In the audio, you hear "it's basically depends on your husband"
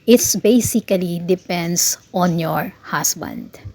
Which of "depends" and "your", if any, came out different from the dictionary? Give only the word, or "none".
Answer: depends